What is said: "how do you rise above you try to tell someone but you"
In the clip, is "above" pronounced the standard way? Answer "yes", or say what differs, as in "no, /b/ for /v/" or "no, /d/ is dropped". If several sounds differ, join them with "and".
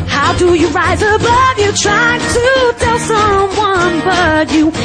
yes